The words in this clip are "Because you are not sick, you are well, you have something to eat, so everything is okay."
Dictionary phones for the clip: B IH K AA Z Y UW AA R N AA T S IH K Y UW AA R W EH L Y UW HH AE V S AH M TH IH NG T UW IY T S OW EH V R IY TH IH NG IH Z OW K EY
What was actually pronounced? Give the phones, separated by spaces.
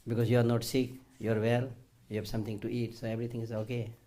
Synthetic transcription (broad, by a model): B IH K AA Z Y UW AA R N AA T S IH K Y UW AA R W EH L Y UW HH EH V S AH M T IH NG T UW IY T S OW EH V R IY T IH NG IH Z OW K EY